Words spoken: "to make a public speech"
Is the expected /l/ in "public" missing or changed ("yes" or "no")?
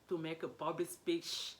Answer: yes